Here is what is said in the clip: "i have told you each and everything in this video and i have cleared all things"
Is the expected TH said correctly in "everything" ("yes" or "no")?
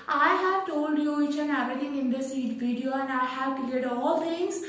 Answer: no